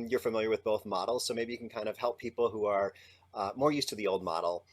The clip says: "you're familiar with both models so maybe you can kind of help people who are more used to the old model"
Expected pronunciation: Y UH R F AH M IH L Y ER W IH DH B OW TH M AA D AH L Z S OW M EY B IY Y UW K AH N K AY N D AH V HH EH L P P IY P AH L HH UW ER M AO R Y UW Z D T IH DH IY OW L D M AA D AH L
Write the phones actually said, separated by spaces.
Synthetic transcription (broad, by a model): Y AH R F AH M IH L Y ER W IH DH B OW TH M AA D L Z S OW M EY B IY Y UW K N K AY N D AH V HH EH L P P IY P L HH UW ER M AO R Y UW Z T IH DH IY OW L D M AA D L